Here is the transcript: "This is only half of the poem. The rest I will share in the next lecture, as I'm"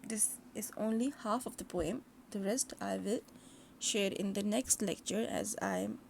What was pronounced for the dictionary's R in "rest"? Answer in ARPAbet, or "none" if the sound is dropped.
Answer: R